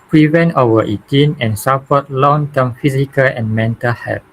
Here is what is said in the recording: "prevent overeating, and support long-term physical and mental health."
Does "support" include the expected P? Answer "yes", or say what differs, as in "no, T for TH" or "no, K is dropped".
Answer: no, F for P